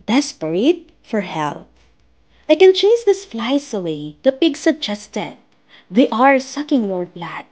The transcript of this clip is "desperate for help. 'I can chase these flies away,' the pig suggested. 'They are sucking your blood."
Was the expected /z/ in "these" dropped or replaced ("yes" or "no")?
yes